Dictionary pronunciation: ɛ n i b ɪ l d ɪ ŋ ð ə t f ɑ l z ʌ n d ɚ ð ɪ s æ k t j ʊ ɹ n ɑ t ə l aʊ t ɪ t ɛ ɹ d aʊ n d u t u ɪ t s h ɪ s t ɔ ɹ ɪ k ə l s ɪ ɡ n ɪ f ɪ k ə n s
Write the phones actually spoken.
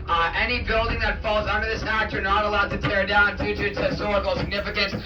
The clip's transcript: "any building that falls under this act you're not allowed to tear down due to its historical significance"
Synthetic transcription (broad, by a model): ɛ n i b ɪ l d ɪ ŋ ð ə t f ɑ l z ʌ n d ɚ ð ɪ s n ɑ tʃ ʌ ɹ n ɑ t ə l aʊ t ɪ t ɛ ɹ d aʊ n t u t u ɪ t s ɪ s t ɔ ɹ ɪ k l s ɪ ɡ n ɪ f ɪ k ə n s